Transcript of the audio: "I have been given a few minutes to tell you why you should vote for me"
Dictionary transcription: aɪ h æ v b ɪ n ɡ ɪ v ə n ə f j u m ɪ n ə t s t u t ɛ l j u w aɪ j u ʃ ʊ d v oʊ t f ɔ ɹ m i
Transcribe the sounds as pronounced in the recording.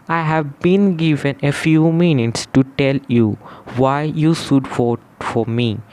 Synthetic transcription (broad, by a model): aɪ h æ v b ɪ n ɡ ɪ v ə n ə f j u m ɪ n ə t s t u t ɛ l j u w aɪ j u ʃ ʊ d f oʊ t f ɔ ɹ m i